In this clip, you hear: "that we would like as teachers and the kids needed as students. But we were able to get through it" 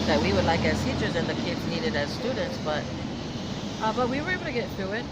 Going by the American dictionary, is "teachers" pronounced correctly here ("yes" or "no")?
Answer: yes